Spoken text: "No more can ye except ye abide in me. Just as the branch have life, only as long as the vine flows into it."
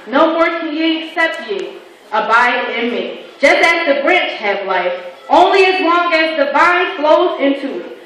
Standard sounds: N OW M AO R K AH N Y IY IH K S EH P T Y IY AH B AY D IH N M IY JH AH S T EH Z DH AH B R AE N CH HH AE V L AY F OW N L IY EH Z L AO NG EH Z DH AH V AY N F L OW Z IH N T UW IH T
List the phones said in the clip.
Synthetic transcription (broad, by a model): N OW M AO R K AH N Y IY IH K S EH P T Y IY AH B AY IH IH N M IY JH AH S T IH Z DH AH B R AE N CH HH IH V L AY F OW N L IY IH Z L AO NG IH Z DH AH B AY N F L OW Z IH N T UW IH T